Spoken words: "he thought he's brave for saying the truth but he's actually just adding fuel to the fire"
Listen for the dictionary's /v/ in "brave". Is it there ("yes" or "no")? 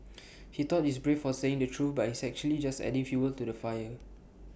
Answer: no